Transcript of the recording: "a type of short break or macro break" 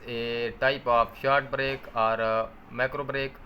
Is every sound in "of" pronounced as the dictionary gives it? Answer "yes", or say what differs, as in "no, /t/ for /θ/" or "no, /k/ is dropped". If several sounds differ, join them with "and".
no, /p/ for /v/